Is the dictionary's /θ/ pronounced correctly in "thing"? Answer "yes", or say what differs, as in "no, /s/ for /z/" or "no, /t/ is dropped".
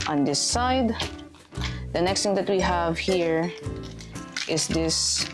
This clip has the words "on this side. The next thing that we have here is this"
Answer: no, /t/ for /θ/